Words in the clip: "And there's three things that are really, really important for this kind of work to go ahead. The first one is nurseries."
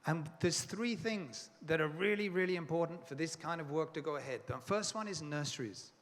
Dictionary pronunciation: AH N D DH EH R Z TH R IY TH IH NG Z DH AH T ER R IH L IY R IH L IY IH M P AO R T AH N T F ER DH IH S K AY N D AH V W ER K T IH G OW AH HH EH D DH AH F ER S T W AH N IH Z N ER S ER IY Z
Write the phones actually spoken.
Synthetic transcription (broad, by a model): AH N DH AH R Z TH R IY TH IH NG Z DH AH T ER R IH L IY R IH L IY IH M P AO R T N T F ER DH IH S K AY N D AH V W ER K T IH G OW AH HH EH D DH AH F ER S T W AH N IH Z N ER S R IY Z